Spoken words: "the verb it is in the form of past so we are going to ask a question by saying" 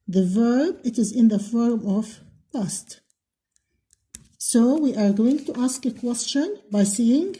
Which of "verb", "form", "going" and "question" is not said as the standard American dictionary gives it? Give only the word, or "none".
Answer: none